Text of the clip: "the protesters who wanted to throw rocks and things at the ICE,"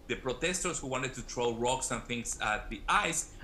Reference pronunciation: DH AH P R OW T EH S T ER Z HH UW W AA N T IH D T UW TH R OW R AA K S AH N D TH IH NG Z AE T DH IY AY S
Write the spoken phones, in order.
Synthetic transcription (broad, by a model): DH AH P R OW T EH S T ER S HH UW W AA N T IH D T UW T R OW R AA K S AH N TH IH NG S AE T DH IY AY S